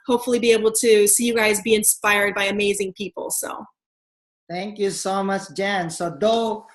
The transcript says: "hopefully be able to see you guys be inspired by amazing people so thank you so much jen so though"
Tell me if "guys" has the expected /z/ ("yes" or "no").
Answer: yes